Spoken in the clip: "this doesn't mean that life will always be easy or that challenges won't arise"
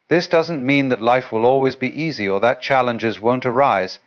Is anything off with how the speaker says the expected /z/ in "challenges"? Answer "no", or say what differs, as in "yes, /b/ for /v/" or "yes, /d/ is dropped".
no